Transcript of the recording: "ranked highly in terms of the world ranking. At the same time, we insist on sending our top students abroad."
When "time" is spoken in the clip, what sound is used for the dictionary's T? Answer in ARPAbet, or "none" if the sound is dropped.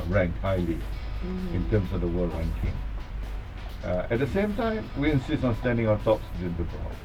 T